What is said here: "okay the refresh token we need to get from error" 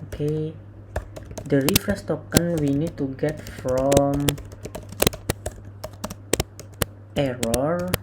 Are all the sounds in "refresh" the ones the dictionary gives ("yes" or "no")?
no